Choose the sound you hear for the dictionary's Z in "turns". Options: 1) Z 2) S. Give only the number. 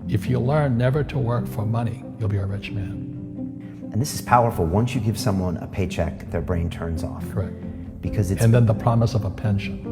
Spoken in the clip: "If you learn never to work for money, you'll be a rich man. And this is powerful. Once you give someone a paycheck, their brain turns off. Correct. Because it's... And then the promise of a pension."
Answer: 1